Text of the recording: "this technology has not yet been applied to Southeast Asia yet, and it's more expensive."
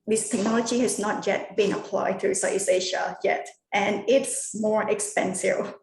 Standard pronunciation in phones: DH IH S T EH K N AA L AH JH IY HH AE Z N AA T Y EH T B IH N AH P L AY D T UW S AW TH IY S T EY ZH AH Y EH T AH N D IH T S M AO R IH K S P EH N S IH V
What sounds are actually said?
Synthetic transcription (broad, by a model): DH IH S T EH K N AA L AH JH IY HH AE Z N AA T Y EH T B IH N AH P L AY D T UW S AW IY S EY SH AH Y EH T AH N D IH T S M AO R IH K S P EH N S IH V